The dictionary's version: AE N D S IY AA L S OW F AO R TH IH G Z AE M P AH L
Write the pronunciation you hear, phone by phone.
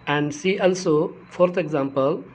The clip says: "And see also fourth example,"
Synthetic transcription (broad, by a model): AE N D S IY AA L S OW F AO R T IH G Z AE M P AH L